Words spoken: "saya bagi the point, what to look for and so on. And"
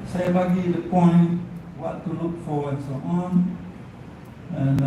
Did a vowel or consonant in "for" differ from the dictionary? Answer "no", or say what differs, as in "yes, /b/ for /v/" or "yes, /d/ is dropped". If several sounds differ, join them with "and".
yes, /w/ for /ɹ/